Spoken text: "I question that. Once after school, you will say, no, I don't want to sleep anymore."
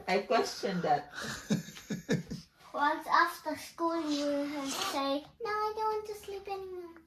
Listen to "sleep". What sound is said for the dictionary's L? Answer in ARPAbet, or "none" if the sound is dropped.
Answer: L